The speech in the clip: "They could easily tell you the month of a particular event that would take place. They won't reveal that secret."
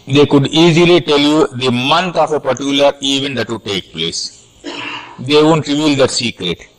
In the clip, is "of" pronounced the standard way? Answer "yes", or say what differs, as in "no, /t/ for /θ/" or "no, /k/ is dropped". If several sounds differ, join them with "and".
no, /f/ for /v/